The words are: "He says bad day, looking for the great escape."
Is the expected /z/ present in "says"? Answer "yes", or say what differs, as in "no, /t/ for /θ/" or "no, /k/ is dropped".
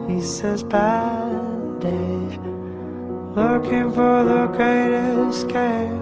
yes